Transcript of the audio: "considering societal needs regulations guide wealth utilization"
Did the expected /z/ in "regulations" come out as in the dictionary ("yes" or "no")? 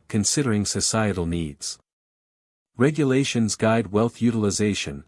yes